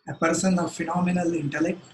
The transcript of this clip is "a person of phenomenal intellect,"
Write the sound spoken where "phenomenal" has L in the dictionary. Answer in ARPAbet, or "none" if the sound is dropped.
L